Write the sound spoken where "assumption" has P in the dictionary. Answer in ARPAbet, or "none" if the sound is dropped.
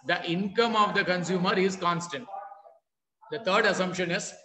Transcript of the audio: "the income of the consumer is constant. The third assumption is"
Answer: P